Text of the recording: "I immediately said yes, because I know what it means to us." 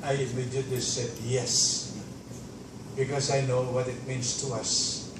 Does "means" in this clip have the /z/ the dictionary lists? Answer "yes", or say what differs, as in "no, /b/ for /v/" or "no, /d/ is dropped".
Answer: no, /s/ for /z/